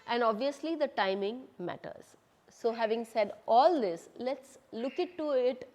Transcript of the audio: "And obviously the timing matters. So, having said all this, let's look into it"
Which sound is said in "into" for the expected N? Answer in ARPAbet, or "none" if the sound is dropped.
none